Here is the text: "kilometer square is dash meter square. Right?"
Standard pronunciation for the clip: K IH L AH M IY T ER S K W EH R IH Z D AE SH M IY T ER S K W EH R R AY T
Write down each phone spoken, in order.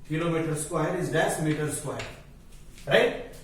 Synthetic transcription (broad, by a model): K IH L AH M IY T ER S K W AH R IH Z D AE S M IY T ER S K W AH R R AY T